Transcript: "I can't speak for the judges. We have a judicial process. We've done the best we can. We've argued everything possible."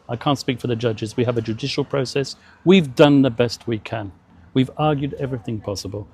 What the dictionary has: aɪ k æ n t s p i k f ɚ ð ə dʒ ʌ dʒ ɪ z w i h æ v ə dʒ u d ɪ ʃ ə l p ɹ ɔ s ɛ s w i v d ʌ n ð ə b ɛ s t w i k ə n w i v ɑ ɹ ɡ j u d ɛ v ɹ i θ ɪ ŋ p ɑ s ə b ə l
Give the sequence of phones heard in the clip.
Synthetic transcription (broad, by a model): aɪ k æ n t s p i k f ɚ ð ə dʒ ʌ dʒ ɪ z w i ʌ v ə dʒ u d ɪ ʃ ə l p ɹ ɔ s ɛ s w i v d ʌ n ð ə b ɛ s t w i k ə n w i v ɑ ɹ ɡ j u d ɛ v ɹ i θ ɪ ŋ p ɑ s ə b ə l